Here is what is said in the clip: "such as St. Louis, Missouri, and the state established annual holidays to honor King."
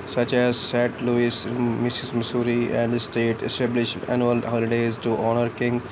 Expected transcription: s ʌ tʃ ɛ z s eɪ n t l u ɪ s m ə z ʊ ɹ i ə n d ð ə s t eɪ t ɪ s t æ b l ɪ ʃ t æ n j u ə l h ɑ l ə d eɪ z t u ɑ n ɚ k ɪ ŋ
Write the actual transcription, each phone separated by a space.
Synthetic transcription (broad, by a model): s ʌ tʃ ɛ z s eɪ t l u ɪ s m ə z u ɹ i ə n d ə s t eɪ t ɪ s t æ b l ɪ ʃ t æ n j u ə l h ɑ l ə d eɪ z t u ɑ n ɚ k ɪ ŋ